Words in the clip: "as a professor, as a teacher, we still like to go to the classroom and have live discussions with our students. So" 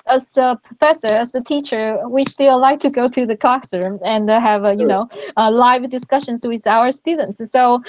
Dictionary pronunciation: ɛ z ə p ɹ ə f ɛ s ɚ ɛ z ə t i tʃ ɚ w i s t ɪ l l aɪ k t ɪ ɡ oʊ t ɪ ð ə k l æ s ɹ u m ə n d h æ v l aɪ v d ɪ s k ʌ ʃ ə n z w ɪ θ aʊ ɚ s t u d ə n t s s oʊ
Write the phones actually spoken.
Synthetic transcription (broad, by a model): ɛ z ə p ɹ ə f ɛ s ɚ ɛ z ə t i tʃ ɚ w i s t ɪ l l aɪ k t ɪ ɡ oʊ t ɪ ð ə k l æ s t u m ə n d h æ v l aɪ v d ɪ s k ʌ ʃ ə n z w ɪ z aʊ ɚ s t u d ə n t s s oʊ